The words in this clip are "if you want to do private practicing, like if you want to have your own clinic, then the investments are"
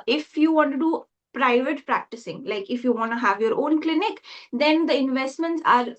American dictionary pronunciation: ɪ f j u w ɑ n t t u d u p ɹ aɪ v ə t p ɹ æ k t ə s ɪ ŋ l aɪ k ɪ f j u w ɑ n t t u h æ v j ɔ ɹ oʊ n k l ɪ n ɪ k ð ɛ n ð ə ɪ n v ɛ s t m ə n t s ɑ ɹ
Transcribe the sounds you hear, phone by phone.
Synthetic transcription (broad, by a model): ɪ f j u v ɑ n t t u d u p ɹ aɪ v ə t p ɹ æ k t ə s ɪ ŋ l aɪ k ɪ f j u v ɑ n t t u h æ v j ɔ ɹ oʊ n k l ɪ n ɪ k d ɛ n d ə ɪ n v ɛ s t m ə n t s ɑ ɹ